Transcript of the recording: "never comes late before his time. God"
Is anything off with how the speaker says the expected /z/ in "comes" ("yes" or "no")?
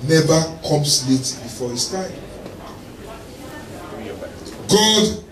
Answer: yes